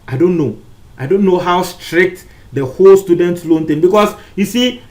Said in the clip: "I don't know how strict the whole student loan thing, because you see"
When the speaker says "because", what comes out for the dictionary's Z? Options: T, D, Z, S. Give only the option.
S